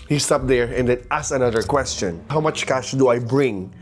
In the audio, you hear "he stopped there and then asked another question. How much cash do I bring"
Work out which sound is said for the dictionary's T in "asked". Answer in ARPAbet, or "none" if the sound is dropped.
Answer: none